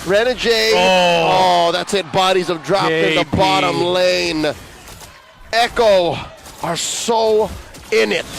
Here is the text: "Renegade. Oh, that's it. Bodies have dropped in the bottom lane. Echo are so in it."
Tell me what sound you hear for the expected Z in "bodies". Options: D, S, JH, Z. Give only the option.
Z